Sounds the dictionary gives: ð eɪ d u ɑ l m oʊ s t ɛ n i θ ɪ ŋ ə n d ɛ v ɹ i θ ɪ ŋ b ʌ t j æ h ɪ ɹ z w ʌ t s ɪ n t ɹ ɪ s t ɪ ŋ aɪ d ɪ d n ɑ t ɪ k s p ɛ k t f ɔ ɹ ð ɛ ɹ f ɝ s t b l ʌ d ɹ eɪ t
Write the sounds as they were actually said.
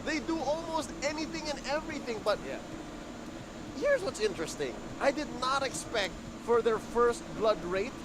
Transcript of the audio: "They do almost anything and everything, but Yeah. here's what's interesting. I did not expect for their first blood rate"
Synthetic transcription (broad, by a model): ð eɪ d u ɑ l m oʊ s t ɛ n i θ ɪ ŋ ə n ɛ v ɹ i θ ɪ ŋ b ʌ t j æ h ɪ ɹ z w ʌ t s ɪ n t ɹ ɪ s t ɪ ŋ aɪ d ɪ d n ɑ t ɪ k s p ɛ k t f ɔ ɹ ð ɛ ɹ f ɝ s t b l ʌ d ɹ eɪ t